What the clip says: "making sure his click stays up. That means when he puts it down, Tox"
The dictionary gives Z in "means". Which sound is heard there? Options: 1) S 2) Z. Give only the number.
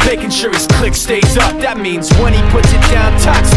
2